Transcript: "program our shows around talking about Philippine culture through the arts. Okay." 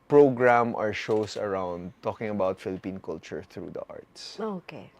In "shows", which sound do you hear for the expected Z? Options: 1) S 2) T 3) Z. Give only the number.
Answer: 1